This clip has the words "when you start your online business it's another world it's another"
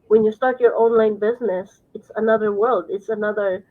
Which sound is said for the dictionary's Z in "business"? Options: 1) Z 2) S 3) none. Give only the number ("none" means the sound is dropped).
1